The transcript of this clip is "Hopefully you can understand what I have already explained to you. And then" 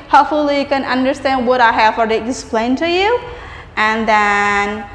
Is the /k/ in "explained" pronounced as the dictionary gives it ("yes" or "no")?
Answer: no